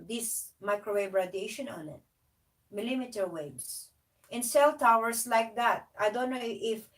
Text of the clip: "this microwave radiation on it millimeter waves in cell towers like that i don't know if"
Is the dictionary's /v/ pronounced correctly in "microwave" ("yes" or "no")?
no